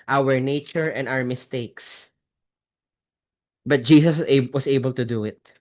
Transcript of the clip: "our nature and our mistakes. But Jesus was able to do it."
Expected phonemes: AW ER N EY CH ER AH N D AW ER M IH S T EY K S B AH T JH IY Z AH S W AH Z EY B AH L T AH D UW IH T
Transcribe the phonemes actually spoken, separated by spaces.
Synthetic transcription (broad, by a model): AW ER N EY CH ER AH N D AW ER M IH S T EY K S B AH T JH IY S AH S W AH S EY B AH L T AH D UW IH T